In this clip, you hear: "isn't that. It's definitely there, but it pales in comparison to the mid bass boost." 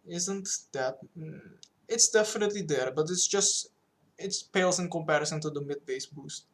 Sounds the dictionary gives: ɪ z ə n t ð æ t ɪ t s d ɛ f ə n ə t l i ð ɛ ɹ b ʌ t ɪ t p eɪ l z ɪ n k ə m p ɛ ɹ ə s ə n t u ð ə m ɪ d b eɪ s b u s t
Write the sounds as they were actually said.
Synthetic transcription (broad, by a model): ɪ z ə n t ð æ t ɪ t s d ɛ f ə n ə t l i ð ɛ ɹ b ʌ t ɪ t p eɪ l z ɪ n k ə m p ɛ ɹ ə s ə n t u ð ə m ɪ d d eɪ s b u s t